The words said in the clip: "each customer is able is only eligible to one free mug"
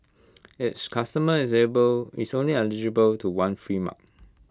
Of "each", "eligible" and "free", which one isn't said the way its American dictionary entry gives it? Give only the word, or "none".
each